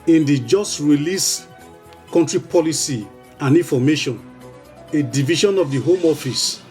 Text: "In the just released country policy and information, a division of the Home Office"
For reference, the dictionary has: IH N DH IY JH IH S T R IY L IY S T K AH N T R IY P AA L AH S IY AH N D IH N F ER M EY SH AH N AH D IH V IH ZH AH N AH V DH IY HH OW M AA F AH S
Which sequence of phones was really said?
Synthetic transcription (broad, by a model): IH N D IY JH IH S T R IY L IY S K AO N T R IY P AA L AH S IY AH N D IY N F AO M EY SH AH N AH D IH V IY SH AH N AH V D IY HH OW M AA F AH S